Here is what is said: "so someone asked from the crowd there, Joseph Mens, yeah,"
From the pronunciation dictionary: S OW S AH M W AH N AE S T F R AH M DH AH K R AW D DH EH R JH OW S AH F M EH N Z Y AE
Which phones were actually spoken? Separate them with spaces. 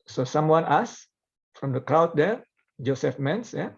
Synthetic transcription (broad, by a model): S OW S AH M W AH N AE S F R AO M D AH K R AW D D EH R JH OW S AH F M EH N S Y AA